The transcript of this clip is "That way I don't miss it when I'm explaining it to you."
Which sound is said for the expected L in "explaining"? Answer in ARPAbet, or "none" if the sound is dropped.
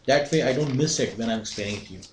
none